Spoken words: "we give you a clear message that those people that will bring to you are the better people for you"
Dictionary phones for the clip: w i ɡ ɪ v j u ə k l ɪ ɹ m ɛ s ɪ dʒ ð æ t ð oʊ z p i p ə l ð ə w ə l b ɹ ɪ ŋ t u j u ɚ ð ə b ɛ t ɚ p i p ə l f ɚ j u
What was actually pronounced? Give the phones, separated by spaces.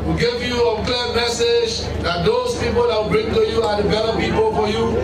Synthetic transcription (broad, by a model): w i ɡ ɪ v j u ə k l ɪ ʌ m ɛ s ɪ dʒ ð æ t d oʊ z p i p ə l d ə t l b ɹ ɪ ŋ t u j u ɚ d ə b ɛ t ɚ p i p ə l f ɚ j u